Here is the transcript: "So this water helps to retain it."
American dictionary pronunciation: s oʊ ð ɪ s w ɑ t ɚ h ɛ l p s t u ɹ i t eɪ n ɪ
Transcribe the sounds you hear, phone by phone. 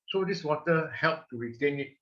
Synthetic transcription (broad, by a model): s oʊ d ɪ s w ɑ t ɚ h ɛ l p t u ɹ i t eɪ n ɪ